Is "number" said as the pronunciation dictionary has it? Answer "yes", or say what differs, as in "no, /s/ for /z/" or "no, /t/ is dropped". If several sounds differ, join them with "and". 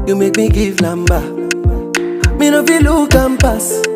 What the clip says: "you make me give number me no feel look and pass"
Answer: no, /l/ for /n/